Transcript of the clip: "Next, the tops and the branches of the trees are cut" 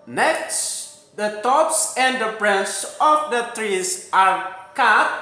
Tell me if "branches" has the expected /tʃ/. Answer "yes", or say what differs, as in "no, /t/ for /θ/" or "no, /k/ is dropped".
no, /s/ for /tʃ/